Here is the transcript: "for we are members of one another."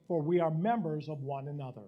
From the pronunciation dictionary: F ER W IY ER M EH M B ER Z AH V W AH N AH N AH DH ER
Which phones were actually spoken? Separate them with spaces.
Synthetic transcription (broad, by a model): F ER W IY ER M EH M B ER Z AH V W AH N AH N AH DH ER